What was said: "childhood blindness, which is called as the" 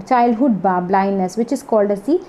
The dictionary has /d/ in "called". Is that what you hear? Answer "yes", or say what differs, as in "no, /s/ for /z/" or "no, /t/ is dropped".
yes